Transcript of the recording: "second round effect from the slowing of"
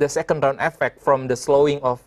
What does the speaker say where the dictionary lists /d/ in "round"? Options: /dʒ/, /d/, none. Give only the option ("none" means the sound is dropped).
none